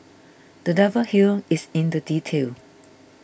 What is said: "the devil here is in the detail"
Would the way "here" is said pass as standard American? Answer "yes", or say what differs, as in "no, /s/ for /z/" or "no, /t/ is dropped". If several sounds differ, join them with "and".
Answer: no, /l/ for /ɹ/